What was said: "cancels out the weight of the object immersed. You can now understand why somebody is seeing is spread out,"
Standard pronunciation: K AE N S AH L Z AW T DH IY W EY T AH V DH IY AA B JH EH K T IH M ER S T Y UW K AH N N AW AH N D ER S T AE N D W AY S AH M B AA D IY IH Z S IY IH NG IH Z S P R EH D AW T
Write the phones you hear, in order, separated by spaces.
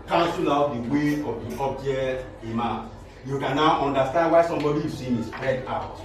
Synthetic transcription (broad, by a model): K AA N S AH L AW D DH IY W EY AH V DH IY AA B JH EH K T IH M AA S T Y UW K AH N N AW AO N D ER S T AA N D W AY S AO M B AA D IY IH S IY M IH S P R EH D AW T